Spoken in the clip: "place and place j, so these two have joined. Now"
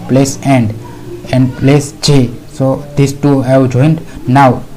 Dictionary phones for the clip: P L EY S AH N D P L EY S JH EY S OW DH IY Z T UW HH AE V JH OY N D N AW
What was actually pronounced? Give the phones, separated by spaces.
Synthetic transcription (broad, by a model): P L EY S AH N D P L EY S CH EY S OW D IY S T UW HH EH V JH OY N D N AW